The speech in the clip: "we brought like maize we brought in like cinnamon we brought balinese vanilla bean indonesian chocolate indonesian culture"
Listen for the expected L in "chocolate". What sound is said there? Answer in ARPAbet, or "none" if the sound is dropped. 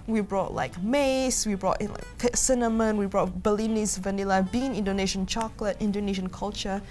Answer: L